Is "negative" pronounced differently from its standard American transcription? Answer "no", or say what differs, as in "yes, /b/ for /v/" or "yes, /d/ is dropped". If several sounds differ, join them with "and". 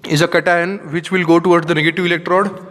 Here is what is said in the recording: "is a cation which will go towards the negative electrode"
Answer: no